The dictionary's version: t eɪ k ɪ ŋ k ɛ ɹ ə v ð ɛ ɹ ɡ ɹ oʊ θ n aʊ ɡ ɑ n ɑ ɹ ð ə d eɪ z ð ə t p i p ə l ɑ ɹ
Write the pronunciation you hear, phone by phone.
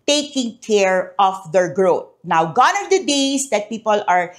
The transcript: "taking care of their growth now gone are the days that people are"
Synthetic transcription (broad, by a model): t eɪ k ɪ ŋ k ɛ ɹ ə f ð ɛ ɹ ɡ ɹ oʊ t n aʊ ɡ ɑ n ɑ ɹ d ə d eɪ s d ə t p i p ə l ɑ ɹ